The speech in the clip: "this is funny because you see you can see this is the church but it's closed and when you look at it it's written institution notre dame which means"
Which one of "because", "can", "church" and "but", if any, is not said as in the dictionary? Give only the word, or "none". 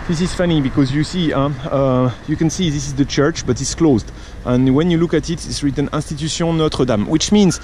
none